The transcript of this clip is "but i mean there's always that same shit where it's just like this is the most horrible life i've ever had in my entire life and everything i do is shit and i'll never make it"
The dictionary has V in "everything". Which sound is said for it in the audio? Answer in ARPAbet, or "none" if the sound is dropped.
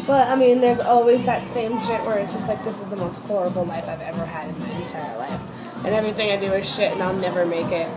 V